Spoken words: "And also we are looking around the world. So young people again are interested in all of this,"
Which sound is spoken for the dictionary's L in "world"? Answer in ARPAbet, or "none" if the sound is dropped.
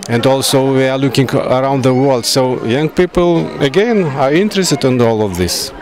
L